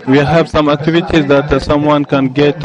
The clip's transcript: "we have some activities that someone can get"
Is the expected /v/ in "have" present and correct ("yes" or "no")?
no